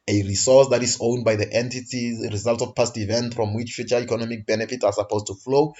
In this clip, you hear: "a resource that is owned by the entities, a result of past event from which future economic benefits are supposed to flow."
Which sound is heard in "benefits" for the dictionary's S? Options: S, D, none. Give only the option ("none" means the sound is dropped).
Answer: none